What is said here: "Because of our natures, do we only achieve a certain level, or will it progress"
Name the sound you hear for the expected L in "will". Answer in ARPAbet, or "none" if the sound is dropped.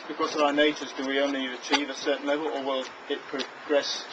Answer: L